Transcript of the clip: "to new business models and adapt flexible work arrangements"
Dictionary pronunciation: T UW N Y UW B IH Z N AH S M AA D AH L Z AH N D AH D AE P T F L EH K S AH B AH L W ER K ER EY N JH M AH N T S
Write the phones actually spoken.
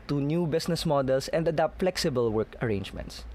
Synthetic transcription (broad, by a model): T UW N Y UW B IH S N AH S M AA D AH L S AH N D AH D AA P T F L EH K S AH B AH L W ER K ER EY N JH M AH N T S